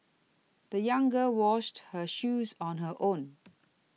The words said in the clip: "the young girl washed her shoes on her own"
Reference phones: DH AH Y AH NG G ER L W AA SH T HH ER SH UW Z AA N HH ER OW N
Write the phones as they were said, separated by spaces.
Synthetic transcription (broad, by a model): DH AH Y AH NG G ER W AA SH T HH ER SH UW Z N HH ER OW N